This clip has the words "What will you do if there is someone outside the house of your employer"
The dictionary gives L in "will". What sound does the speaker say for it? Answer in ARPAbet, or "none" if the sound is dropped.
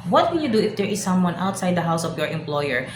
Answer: N